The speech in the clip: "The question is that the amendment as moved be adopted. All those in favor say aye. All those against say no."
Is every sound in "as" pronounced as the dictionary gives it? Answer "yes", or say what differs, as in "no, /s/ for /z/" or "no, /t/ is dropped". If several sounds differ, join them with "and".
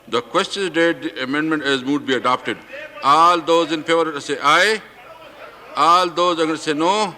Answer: yes